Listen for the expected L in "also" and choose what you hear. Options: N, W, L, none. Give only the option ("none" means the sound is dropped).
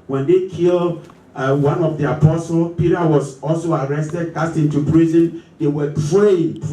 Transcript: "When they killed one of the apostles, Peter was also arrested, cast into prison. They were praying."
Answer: L